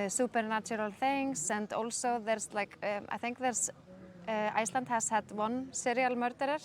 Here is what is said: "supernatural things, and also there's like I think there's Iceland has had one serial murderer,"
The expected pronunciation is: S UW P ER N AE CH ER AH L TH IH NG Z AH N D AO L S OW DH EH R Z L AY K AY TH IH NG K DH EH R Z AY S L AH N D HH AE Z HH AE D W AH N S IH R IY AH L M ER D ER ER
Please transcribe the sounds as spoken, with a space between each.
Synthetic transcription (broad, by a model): S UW P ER N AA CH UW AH L TH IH NG S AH N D AO L S OW DH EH R S L AY K AY TH IH NG K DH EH R S AY S L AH N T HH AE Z HH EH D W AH N S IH R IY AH L M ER D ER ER